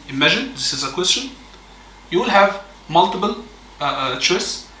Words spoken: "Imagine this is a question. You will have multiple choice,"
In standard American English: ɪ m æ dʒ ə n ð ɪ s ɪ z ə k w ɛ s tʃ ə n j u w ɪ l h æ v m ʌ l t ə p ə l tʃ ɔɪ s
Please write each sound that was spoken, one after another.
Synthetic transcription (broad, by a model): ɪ m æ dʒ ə n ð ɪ s ɪ z ə k w ɛ s tʃ ə n j u w ɪ l h æ v m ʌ l t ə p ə l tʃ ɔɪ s